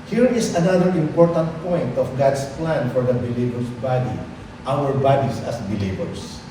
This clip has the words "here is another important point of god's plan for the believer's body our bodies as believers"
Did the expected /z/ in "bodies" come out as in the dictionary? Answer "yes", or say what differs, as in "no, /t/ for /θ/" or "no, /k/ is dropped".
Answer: no, /s/ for /z/